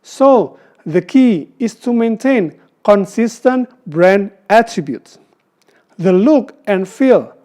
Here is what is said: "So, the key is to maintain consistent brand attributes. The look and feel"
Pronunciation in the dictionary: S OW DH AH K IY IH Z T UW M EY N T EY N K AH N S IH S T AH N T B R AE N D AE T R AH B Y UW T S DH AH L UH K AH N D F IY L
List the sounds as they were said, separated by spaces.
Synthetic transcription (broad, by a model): S OW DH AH K IY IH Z T UW M EY N T EY N K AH N S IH S T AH N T B R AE N D AE T R AH B Y UW T S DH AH L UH K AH N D F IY L